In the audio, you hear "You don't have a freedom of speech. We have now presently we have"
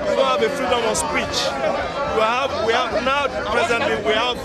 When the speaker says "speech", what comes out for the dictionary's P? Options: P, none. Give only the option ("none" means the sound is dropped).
P